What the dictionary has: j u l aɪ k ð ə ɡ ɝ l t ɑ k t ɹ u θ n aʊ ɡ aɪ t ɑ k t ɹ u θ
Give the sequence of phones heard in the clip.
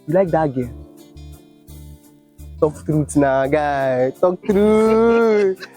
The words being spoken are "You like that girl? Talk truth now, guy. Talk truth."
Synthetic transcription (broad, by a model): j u l aɪ k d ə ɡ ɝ n t ɑ k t ɹ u t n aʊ ɡ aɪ t ɑ k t ɹ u